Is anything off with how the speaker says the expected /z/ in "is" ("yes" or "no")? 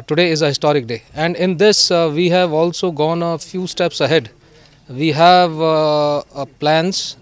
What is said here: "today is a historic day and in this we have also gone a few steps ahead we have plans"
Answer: no